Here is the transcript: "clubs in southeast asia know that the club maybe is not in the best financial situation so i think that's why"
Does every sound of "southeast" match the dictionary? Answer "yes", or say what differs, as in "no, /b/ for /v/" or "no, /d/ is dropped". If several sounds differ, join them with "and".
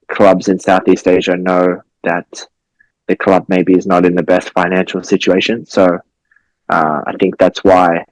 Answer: yes